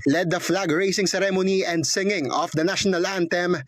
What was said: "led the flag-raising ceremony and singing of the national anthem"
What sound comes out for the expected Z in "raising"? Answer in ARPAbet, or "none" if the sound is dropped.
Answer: S